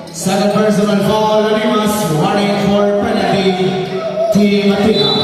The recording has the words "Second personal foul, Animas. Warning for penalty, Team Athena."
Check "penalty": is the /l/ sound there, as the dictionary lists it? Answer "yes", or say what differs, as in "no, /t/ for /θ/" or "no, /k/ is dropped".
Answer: no, /l/ is dropped